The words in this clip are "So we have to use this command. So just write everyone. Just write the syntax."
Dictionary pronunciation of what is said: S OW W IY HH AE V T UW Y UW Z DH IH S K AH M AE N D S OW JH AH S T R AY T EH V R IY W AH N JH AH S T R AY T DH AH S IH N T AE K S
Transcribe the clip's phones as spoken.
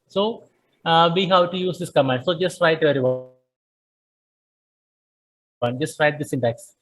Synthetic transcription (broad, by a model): S OW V IY HH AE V T UW Y UW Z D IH S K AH M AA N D S OW JH AH S T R AY T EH R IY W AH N JH AH S T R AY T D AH S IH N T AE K S